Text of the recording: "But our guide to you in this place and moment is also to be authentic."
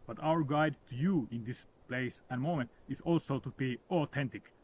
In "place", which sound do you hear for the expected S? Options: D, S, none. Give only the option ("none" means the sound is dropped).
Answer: S